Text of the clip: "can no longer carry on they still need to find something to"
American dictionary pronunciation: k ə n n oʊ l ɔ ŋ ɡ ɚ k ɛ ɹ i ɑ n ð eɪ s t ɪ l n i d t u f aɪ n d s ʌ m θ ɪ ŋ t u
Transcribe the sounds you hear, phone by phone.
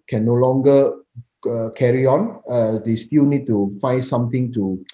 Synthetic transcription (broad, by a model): k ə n n oʊ l ɔ ŋ ɡ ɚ k ɛ ɹ i ɑ n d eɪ s t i l n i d t u f aɪ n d s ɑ m t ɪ ŋ t u